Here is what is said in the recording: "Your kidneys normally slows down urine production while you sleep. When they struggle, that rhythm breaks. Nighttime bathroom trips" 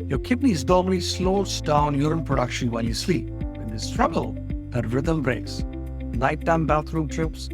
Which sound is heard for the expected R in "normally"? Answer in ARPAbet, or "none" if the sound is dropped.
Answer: L